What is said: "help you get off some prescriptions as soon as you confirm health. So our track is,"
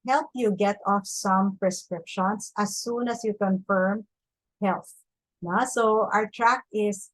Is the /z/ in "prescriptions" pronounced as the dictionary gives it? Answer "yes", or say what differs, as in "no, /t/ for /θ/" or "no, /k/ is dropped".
no, /s/ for /z/